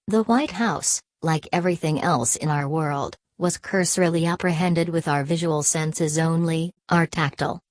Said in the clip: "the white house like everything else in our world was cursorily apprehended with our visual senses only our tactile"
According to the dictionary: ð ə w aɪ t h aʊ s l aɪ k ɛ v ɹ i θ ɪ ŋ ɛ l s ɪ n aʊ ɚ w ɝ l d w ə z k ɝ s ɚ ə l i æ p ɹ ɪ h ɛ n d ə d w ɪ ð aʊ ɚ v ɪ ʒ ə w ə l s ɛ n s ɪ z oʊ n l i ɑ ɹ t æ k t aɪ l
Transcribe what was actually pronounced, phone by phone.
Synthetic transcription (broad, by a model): ð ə w aɪ t h aʊ s l aɪ k ɛ v ɹ i θ ɪ ŋ ɛ l s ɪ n aʊ ɚ w ɝ l d w ə z k ɝ s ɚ l i æ p ɹ ɪ h ɛ n d ə d w ɪ ð aʊ ɚ v ɪ ʒ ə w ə l s ɛ n s ɪ z oʊ n l i ɑ ɹ t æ k t l